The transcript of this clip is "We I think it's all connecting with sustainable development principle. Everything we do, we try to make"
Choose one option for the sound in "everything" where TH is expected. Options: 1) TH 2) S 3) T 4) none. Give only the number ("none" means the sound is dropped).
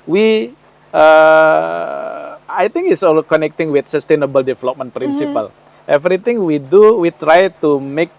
3